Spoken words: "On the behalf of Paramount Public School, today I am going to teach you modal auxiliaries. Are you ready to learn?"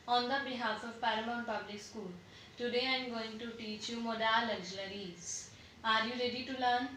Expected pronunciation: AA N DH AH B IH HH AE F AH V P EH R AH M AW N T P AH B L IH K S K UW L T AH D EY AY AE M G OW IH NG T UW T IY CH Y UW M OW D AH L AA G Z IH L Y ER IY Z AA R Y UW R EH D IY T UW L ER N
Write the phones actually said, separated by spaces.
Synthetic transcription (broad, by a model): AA N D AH B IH HH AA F AH V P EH R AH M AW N P AH B L IH K S K UW L T AH D EY AY M G OW IH NG T UW T IY CH Y UW M OW D AH L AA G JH L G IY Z AA R Y UW R EH D IY T UW L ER N